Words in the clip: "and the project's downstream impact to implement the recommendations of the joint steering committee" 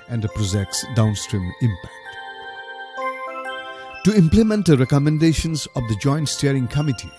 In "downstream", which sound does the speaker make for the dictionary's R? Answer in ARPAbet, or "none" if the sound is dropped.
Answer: R